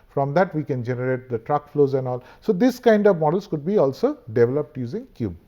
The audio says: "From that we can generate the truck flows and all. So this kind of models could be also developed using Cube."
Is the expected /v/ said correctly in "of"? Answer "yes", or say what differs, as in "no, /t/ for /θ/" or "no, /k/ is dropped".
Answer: yes